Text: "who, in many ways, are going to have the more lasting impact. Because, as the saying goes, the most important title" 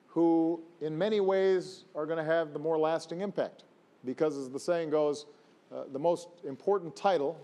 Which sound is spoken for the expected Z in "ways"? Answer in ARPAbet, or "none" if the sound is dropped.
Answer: Z